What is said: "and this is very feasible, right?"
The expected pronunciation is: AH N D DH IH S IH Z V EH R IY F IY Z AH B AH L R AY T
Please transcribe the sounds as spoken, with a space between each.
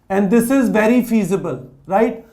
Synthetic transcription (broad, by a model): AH N D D IH S IH Z V EH R IY F IY Z AH B AH L R AY T